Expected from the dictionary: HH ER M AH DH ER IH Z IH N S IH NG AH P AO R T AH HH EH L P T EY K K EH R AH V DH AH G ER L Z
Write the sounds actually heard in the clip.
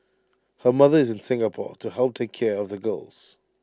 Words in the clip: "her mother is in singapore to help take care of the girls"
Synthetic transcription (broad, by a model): HH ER M AH DH ER IH Z IH N S IH NG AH P AO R T AH HH EH L P T EY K K EH R AH V DH AH G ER L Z